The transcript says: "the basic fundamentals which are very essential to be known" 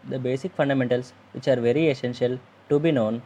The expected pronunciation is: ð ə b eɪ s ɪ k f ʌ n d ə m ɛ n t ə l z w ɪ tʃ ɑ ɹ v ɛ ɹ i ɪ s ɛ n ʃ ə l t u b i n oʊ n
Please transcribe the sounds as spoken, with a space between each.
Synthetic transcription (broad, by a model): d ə b eɪ s ɪ k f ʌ n d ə m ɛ n t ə l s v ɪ tʃ ɑ ɹ v ɛ ɹ i ɪ s ɛ n ʃ ə l t u b i n oʊ n